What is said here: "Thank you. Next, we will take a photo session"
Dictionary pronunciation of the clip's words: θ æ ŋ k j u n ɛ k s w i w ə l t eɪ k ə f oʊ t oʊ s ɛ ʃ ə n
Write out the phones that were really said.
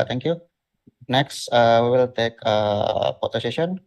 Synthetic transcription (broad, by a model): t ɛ ŋ k j u n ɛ k s w i w ə l t eɪ k ə p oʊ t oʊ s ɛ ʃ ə n